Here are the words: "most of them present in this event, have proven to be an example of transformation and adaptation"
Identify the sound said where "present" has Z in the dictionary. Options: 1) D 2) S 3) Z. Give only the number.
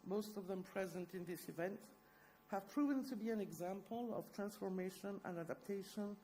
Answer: 3